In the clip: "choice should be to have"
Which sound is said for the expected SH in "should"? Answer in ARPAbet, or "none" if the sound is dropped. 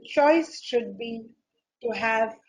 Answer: SH